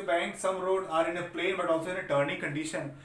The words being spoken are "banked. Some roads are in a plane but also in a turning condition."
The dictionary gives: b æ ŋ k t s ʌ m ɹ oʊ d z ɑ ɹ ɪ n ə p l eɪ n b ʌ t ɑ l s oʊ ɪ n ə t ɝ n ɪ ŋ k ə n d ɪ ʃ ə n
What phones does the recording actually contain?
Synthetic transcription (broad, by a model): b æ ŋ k s ʌ m ɹ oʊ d ɑ ɹ ɪ n ə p l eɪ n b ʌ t ɑ l s oʊ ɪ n ə t ɝ n ɪ ŋ k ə n d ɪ ʃ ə n